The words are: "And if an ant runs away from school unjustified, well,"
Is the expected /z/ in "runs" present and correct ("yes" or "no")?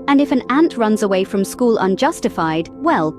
yes